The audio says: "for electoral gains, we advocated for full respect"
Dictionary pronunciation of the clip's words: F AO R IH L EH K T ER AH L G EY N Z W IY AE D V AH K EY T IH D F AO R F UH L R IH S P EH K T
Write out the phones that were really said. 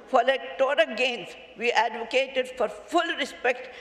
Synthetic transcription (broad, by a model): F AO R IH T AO T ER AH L G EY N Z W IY AE D V AH K EY T IH D F AO R F UH L R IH S P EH K T